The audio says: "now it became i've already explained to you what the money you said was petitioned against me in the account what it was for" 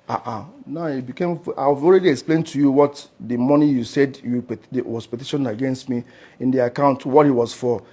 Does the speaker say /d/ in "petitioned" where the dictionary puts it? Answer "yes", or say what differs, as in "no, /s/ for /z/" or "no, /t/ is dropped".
no, /d/ is dropped